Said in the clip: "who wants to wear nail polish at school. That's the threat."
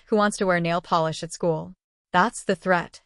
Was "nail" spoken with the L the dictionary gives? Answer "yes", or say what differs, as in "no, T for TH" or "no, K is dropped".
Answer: yes